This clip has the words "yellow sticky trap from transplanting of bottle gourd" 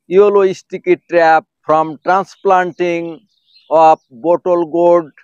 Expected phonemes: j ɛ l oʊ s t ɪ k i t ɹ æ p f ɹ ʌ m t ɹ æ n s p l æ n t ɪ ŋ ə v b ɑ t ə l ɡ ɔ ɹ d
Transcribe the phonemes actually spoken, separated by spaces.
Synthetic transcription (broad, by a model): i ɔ l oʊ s t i k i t ɹ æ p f ɹ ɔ m t ɹ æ n s p l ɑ n t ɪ ŋ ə p b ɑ t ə l ɡ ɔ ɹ d